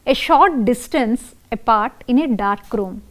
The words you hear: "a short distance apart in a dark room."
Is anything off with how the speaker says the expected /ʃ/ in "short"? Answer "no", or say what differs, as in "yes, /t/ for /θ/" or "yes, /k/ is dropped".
no